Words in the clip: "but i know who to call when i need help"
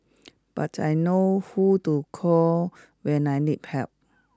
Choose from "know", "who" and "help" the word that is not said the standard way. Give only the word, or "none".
help